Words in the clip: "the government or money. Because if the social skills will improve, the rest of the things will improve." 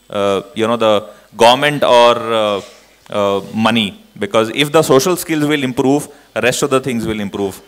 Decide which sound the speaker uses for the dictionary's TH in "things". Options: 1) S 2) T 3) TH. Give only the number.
2